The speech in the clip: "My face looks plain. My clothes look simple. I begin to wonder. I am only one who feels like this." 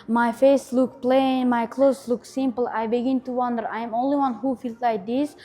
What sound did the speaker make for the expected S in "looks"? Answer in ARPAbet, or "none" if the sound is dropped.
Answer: none